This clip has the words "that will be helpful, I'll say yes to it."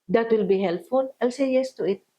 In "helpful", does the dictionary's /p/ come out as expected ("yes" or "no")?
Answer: no